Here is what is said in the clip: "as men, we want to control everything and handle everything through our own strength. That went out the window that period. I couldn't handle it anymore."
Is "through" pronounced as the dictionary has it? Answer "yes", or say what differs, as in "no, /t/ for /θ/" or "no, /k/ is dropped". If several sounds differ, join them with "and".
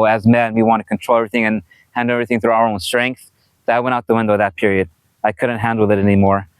yes